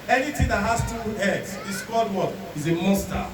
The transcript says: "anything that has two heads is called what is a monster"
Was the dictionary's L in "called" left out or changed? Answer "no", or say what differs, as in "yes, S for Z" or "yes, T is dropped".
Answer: yes, L is dropped